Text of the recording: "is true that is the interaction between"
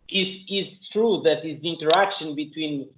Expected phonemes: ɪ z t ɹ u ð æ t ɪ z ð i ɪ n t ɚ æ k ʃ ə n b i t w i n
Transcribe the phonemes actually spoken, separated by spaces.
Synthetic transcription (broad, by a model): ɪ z t ɹ u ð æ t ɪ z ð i ɪ n t ɚ æ k ʃ ə n b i t w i n